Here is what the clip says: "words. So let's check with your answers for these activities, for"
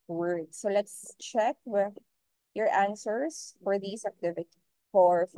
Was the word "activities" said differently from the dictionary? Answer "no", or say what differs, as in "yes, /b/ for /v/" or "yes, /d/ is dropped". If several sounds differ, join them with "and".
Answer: yes, /z/ is dropped